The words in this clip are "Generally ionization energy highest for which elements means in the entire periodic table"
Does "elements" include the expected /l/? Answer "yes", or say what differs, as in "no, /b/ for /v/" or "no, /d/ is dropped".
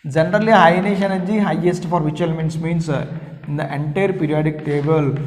yes